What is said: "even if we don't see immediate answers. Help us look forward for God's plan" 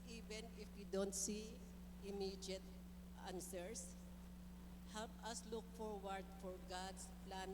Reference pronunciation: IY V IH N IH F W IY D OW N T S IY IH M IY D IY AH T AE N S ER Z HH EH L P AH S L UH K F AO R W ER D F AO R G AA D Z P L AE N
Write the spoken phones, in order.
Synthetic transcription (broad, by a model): IY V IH N IH F W IY D OW N T S IY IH M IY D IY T T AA N S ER S HH EH L P AH S L UH K F AO R W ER D F AO R G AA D S P L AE N